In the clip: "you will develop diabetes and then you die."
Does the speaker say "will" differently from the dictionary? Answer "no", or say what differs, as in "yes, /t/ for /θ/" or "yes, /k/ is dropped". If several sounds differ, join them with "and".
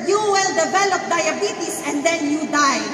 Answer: no